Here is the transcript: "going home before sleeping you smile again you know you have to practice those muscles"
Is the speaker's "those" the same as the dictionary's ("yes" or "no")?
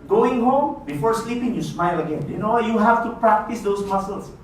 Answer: no